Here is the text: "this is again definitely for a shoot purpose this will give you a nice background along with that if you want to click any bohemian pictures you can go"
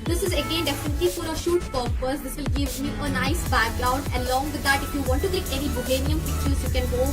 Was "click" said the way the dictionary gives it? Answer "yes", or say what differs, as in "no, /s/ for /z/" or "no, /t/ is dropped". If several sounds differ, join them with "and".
no, /l/ is dropped